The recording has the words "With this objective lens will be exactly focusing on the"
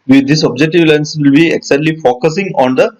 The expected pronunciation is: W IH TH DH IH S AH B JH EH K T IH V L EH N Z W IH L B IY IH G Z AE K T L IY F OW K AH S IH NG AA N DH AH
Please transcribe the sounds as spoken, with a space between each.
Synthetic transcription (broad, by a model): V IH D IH S AH B JH EH K T IH V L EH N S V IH L B IY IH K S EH T L IY F OW K AH S IH NG AA N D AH